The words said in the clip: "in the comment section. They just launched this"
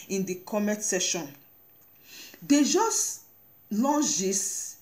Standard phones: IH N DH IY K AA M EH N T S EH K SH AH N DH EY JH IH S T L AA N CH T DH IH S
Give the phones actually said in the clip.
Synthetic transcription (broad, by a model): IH N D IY K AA M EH T S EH SH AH N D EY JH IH S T L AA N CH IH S